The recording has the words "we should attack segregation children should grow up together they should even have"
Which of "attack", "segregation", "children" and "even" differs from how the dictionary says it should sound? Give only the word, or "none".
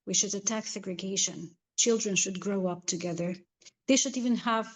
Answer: none